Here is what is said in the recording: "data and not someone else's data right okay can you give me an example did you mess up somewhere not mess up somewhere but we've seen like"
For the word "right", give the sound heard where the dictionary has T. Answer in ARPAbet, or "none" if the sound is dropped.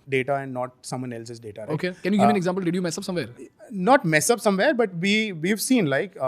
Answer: none